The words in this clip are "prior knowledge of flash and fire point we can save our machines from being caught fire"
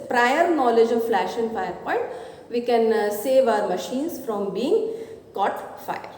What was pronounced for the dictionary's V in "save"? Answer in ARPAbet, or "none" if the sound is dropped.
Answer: V